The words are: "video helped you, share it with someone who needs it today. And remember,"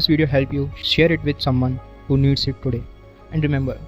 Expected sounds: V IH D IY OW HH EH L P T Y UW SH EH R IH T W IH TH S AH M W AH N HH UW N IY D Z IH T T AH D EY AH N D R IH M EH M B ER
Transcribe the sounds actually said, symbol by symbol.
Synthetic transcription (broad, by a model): V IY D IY OW HH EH L P Y UW SH EH R IH T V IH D S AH M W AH N HH UW N IY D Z IH T T AH D EY AH N D R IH M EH M B ER